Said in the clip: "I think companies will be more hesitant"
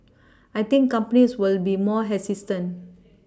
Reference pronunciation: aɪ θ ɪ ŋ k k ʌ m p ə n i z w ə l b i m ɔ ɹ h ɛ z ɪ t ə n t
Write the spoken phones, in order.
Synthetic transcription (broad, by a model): aɪ t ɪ ŋ k k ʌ m p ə n i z w ə l b i m ɔ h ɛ s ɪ t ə n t